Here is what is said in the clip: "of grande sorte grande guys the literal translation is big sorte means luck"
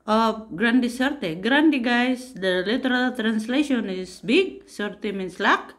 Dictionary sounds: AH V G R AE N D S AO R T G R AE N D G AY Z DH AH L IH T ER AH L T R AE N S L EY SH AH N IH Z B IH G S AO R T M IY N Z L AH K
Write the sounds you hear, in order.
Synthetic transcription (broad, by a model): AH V G R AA N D S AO R T G R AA N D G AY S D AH L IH T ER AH L T R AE N S L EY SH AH N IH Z B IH G S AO R T M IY N S L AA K